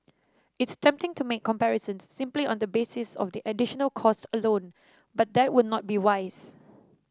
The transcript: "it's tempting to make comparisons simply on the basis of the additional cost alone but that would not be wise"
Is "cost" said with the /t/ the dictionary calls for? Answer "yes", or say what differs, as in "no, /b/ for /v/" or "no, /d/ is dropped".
yes